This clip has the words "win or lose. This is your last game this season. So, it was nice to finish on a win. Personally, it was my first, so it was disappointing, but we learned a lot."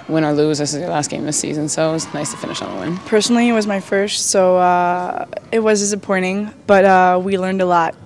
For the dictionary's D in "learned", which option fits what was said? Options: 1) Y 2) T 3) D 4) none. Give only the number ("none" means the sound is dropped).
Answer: 3